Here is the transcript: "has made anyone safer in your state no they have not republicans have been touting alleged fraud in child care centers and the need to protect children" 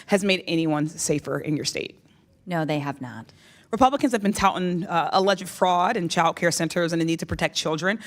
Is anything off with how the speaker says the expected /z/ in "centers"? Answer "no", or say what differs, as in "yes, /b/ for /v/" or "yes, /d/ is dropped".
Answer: no